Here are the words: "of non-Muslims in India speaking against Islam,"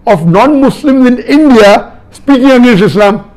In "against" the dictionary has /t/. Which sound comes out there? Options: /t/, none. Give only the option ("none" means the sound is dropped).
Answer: none